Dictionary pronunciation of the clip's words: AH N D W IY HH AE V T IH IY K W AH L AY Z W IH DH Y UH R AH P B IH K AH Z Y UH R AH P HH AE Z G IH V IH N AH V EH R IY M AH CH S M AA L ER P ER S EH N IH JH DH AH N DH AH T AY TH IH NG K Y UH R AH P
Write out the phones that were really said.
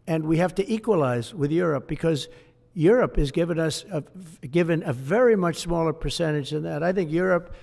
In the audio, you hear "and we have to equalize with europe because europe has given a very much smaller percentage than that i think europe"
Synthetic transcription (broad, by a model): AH N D W IY HH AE F T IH IY K W AH L AY Z W IH DH Y UH R AH P B IH K AH Z Y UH R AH P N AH S G IH V IH N AH V EH R IY M AH CH S M AA L ER P ER S EH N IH JH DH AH N DH AH T AY TH IH NG K Y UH R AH P